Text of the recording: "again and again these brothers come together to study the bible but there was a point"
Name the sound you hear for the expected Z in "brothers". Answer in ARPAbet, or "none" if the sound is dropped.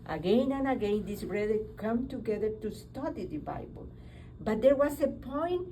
none